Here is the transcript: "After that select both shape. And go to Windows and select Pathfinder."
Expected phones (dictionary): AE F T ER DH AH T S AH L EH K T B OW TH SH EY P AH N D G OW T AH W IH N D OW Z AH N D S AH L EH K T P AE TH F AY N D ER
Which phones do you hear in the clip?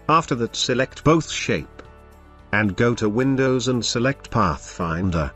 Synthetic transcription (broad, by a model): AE F T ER DH AH T S AH L EH K T B OW TH SH EY P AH N G OW T AH W IH N D OW Z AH N S AH L EH K T P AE TH F AY N D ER